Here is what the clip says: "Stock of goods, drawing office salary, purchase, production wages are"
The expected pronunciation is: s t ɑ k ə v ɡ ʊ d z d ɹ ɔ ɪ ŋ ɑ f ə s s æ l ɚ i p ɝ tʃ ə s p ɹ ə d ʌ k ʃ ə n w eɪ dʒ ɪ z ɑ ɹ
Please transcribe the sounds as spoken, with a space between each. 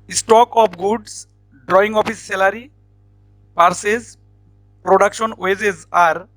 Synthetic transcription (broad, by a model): s t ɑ k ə p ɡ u d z d ɹ ɔ ɪ ŋ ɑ p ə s s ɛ l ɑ i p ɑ s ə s p ɹ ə d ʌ k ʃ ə n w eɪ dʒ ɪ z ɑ ɹ